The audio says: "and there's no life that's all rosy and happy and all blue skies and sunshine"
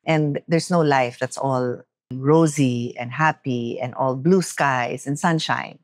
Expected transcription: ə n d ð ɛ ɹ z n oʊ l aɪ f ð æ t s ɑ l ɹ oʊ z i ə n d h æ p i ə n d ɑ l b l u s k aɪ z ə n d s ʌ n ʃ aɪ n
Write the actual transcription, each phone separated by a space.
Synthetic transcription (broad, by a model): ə n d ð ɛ ɹ s n oʊ l aɪ f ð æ t s ɑ l ɹ oʊ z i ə n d h æ p i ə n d ɑ l b l u s k aɪ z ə n s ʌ n ʃ aɪ n